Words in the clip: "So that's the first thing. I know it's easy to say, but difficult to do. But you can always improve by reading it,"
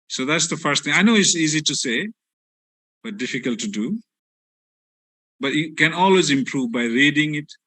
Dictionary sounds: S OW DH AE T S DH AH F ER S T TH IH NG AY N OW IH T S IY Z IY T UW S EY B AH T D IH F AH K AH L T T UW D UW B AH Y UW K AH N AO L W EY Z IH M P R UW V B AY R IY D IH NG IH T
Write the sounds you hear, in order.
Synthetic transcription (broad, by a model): S OW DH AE T S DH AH F ER S T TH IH NG AY N OW IH T S IY Z IY T UW S EY B AH T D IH F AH K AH L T T UW D UW B AH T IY K AH N AO L W EY Z IH M P R UW V B AY R IY D IH NG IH T